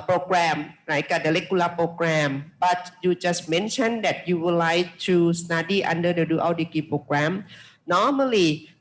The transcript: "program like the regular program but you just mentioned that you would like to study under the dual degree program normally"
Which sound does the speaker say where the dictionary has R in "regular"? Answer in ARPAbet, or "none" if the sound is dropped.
L